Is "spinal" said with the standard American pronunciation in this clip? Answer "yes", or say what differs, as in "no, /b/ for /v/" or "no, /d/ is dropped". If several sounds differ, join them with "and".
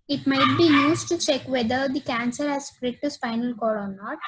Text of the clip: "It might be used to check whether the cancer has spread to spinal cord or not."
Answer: no, /f/ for /p/